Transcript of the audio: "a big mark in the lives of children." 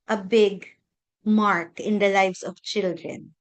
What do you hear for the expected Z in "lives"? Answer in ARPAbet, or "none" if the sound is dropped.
S